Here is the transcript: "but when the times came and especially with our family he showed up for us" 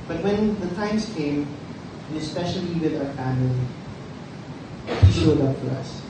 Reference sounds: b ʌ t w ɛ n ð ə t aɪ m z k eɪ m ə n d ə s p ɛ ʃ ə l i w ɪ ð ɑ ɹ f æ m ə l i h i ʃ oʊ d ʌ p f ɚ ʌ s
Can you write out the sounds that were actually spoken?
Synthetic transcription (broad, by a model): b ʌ t w ɛ n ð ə t aɪ m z k eɪ ə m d ə s p ɛ ʃ ə l i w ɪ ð ɑ ɹ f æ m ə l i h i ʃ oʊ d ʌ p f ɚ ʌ s